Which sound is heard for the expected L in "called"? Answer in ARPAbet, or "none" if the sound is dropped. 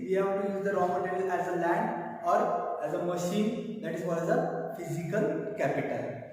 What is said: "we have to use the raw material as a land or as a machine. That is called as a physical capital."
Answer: none